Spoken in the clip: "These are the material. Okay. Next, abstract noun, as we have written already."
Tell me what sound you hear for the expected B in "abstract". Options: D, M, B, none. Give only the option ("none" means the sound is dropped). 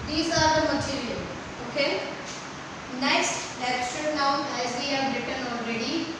none